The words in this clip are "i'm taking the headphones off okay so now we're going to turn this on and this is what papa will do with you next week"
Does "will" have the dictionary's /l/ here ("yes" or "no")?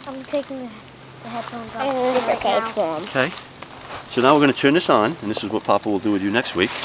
yes